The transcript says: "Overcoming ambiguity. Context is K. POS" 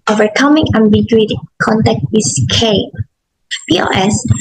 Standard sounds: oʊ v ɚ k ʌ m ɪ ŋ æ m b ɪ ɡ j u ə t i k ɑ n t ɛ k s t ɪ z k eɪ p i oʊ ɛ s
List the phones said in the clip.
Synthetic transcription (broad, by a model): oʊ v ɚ k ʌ m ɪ ŋ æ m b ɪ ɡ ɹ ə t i k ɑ n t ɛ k t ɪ s k eɪ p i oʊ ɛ s